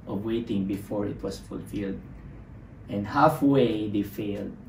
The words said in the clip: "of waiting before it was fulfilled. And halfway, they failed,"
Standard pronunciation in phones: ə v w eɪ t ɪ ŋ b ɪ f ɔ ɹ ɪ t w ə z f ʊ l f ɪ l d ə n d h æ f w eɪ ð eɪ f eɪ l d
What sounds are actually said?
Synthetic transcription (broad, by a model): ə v w eɪ t ɪ ŋ b ɪ f ɔ ɹ ɪ t w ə s f ʊ l f ɪ l d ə n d h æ f w eɪ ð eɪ f eɪ l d